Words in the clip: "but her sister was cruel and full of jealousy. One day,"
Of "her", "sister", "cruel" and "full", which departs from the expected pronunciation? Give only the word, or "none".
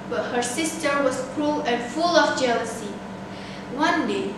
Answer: none